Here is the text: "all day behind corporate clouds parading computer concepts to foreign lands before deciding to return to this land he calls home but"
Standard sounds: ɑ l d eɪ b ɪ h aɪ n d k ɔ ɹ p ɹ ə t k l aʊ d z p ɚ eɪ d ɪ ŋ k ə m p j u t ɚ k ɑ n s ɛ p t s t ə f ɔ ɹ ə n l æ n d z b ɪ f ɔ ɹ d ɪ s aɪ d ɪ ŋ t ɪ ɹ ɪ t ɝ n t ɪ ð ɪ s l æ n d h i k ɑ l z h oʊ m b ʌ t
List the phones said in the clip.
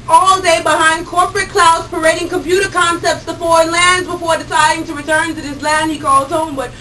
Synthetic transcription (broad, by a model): ɑ l d eɪ b ɪ h aɪ n d k ɔ ɹ p ɹ ə t k l aʊ d z p ɚ eɪ d ɪ ŋ k ə m p j u t ɚ k ɑ n s ɛ p t s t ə f ɔ ɹ ə n l æ n d z b ɪ f ɔ ɹ d ɪ s aɪ d ɪ ŋ t ɪ ɹ ɪ t ɝ n t ɪ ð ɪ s l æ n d h i k ɑ l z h oʊ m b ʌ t